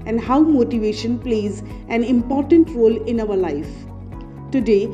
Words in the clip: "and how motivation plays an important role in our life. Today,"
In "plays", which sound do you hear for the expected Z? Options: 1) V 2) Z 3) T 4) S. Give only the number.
2